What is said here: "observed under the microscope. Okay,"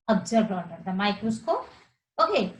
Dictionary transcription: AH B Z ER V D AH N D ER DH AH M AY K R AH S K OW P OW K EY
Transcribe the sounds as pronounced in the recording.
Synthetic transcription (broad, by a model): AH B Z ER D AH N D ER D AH M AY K AH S K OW OW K EY